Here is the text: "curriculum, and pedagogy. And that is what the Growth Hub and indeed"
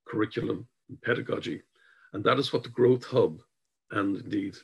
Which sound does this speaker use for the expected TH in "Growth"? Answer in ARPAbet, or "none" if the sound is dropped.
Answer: TH